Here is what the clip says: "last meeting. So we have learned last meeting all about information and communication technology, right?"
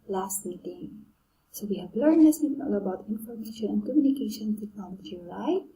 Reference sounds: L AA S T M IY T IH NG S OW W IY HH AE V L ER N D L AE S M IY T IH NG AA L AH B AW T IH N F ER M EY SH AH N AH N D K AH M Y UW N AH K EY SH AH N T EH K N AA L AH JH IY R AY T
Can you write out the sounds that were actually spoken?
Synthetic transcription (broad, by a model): L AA S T M IY T IH NG S OW W IY HH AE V L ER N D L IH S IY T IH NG AA L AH B AW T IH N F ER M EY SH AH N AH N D K AH M Y UW N AH K EY SH AH N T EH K AA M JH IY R AY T